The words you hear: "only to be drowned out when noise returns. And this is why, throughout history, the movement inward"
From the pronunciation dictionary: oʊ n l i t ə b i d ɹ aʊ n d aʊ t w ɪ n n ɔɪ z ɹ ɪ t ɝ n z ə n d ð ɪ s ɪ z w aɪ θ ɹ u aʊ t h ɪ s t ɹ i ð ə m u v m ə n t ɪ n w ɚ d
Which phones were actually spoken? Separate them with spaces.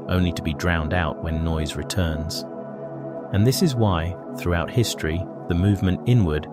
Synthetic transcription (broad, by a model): oʊ n l i t ə b i d ɹ aʊ n d aʊ t w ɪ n n ɔɪ z ɹ ɪ t ɝ n z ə n ð ɪ s ɪ z w aɪ θ ɹ u aʊ t h ɪ s t ɹ i ð ə m u v m ə n t ɪ n w ɚ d